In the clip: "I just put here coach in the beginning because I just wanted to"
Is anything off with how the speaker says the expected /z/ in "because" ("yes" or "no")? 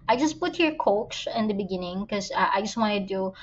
yes